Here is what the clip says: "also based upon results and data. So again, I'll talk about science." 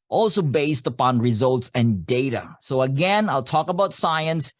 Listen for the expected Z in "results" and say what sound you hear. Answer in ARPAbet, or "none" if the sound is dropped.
Z